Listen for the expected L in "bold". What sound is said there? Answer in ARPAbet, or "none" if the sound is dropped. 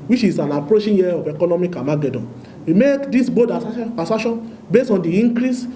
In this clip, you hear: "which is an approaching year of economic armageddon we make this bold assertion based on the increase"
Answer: none